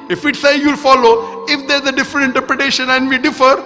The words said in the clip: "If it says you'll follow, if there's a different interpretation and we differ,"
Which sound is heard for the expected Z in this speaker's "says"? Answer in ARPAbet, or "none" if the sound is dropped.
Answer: none